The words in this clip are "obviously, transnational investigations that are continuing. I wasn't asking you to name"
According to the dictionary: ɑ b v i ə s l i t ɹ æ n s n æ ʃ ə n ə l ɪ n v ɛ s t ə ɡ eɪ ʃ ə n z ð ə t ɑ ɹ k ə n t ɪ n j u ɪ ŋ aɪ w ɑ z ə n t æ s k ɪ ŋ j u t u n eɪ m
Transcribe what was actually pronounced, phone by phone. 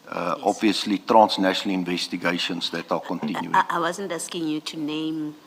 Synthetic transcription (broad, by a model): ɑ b v i ə s l i t ɹ æ n s n æ ʃ ə n ə l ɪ n v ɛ s t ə ɡ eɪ ʃ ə n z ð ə t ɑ l k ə n t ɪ n j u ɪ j w ɑ z ə n t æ s k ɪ ŋ j u t u n eɪ m